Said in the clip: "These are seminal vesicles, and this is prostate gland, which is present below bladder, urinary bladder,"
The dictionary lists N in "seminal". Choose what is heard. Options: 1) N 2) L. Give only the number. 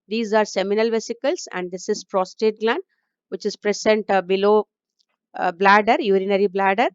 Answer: 1